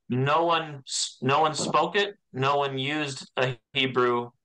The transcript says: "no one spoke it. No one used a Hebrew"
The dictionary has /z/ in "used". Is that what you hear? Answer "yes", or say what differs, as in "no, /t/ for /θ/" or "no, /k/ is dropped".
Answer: yes